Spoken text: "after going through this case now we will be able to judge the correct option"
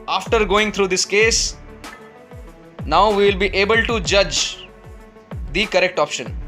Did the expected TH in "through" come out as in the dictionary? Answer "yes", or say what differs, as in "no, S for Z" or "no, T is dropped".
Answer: no, T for TH